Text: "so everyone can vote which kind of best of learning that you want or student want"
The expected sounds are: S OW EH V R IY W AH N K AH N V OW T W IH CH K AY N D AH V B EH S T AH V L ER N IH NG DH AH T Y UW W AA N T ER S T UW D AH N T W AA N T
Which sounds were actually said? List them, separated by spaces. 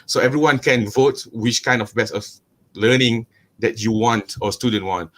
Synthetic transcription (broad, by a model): S OW EH V R IY W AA N K AH N V OW T W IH CH K AY N D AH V B EH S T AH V L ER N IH NG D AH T Y UW W AA N T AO S T UW D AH N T W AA N T